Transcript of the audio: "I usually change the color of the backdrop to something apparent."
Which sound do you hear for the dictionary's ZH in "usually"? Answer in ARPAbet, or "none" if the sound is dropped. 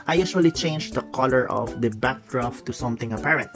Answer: S